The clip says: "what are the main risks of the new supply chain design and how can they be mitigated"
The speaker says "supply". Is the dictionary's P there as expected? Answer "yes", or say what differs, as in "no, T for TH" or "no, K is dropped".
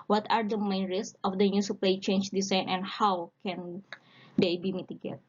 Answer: yes